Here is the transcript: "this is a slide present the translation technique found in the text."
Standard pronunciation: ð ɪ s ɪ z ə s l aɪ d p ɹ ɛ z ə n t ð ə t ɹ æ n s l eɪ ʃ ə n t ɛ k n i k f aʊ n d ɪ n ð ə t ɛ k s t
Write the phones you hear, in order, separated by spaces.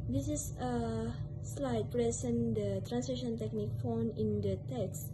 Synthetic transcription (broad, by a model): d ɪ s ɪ s ə s l aɪ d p ɹ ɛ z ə n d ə t ɹ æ n s eɪ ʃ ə n t ɛ k n i k f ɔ n ɪ n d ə t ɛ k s